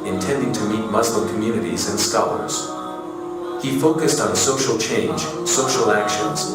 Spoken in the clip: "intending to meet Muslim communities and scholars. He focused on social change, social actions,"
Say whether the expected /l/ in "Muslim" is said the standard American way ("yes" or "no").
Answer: yes